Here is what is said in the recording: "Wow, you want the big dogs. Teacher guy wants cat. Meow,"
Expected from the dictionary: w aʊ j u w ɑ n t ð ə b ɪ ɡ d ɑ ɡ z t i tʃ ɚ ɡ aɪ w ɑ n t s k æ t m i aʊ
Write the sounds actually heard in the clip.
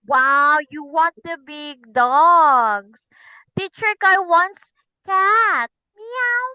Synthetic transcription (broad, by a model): w aʊ j u w ɑ n t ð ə b ɪ ɡ d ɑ ɡ s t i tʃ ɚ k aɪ w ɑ n s k æ t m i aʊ